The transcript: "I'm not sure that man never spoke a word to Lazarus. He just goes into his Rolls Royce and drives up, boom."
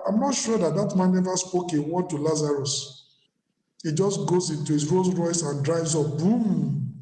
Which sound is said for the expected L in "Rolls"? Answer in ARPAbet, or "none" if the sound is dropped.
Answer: none